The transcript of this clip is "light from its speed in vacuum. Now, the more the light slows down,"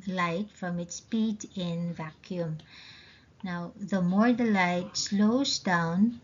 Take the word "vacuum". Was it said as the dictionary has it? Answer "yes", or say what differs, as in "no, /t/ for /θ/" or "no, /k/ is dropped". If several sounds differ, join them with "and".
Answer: yes